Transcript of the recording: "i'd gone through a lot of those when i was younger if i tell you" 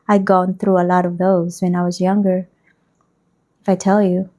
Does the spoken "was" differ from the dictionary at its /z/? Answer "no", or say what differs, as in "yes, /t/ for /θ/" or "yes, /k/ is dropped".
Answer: no